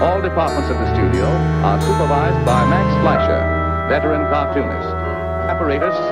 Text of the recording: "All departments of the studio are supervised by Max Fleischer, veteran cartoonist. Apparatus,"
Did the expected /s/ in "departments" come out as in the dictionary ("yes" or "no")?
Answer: yes